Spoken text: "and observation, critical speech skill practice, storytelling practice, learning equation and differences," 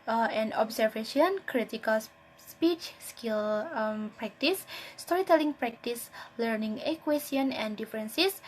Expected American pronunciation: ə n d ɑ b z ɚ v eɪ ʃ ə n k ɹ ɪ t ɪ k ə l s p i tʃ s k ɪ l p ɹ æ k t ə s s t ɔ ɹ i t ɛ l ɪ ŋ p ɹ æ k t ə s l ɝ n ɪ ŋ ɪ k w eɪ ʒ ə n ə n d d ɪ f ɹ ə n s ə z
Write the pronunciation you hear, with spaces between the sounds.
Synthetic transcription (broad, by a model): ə n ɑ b s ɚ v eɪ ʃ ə n k ɹ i t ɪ k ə l s p i tʃ s k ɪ l p ɹ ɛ k t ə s s t ɔ ɹ i t ɛ l ɪ ŋ p ɹ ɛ k t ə s l ɝ n ɪ ŋ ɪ k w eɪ s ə n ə n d d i f ɹ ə n s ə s